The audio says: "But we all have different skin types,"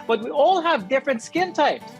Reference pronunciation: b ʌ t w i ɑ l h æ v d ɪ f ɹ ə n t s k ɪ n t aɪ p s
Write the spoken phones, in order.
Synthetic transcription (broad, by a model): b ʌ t w i ɑ l h æ v d ɪ f ɹ ə n t s k ɪ n t aɪ p s